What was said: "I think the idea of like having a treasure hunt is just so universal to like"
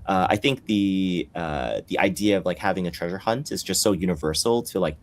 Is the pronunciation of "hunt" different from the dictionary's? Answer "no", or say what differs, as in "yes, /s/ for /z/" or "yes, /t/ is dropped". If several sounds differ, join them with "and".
no